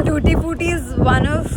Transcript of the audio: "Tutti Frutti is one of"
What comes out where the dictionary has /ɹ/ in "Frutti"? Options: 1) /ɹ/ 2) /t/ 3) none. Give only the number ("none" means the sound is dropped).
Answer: 3